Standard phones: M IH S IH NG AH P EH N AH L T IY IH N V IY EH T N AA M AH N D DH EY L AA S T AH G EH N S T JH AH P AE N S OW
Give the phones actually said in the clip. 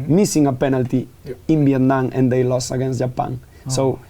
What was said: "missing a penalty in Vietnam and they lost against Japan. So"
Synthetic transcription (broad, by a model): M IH S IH NG AH P EH N AH L T IY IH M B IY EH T N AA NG AH N D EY L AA S AH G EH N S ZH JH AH P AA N S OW